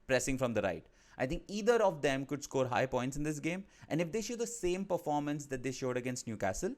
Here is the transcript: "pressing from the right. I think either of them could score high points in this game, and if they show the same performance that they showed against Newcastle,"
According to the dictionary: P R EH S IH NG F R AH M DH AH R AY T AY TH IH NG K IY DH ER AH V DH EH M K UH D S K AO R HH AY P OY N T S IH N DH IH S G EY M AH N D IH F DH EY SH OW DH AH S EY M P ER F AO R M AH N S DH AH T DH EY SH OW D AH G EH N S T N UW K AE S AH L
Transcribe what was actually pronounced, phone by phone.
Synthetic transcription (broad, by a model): P R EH S IH NG F R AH M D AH R AY T AY T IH NG K IY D ER AH V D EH M K UH D S K AO R HH AY P OY N T S IH N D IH S G EY M AH N D IH F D EY SH OW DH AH S EY M P ER F AO R M AH N S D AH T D EY SH OW D AH G EH N S T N UW K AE S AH L